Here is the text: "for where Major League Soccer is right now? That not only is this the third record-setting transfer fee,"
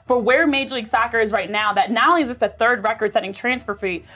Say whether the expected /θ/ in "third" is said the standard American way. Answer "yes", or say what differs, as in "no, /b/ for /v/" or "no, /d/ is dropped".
yes